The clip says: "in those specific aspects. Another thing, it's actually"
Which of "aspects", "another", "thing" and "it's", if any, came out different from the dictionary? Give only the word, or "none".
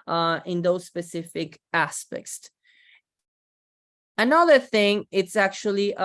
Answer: none